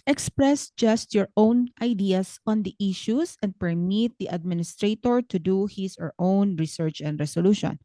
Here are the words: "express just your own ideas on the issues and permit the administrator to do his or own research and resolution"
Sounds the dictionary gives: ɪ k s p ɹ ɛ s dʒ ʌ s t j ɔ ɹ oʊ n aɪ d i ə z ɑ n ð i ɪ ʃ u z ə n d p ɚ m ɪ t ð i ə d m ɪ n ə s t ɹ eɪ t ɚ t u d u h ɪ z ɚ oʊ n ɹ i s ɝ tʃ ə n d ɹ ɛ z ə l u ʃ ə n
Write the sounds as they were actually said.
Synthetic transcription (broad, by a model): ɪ k s p ɹ ɛ s dʒ ʌ s t j ɔ ɹ oʊ n aɪ d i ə s ɑ n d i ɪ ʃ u s ə n d p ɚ m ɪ t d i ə d m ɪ n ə s t ɹ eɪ t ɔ t u d u h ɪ s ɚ oʊ n ɹ i s ɝ tʃ ə n d ɹ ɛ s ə l u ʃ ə n